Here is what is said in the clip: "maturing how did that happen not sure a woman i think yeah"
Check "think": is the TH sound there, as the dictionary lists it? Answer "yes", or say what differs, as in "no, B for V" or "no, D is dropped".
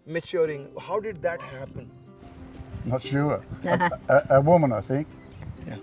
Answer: yes